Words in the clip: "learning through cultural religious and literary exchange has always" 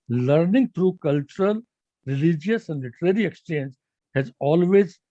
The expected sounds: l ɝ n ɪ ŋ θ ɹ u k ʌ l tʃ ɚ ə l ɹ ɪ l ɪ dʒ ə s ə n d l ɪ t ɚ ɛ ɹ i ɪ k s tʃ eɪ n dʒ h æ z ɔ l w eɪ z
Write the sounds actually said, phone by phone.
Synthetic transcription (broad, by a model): l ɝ n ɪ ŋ t ɹ u k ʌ l tʃ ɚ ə l ɹ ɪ l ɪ dʒ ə s ə n d l ɪ t ɚ ɛ ɹ i ɪ k s tʃ eɪ n dʒ h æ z ɔ l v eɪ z